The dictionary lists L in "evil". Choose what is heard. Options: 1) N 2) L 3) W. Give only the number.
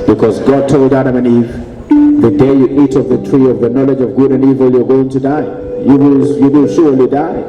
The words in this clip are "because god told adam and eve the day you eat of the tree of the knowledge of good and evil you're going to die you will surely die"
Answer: 2